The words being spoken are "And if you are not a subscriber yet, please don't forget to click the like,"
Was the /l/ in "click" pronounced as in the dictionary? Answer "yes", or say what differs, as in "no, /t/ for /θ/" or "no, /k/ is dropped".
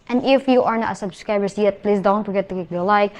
no, /l/ is dropped